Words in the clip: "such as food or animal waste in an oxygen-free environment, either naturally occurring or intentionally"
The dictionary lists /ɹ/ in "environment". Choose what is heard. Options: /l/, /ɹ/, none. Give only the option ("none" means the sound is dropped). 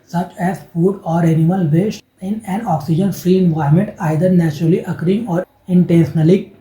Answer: none